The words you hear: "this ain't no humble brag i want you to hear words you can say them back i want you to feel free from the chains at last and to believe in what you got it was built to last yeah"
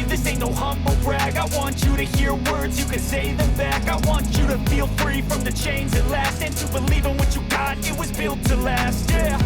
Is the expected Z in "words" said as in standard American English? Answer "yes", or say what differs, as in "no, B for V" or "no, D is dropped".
yes